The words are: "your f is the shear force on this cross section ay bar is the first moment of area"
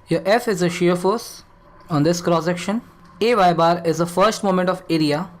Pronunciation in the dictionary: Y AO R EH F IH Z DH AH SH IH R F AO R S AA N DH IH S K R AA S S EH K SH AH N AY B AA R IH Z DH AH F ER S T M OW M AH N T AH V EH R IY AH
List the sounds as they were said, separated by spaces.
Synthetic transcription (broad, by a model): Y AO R EH F IH Z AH SH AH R F AO R S AA N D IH S K R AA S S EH K SH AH N AY B AA R IH Z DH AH F ER S T M OW M AH N T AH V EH R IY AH